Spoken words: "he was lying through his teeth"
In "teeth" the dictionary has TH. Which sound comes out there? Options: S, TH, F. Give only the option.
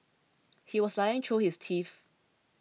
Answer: F